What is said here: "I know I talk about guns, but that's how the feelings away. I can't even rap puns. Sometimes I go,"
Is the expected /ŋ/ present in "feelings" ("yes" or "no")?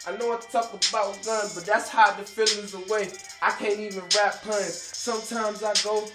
no